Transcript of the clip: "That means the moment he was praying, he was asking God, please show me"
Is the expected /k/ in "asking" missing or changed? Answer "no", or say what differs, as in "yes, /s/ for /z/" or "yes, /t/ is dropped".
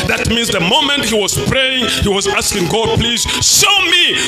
no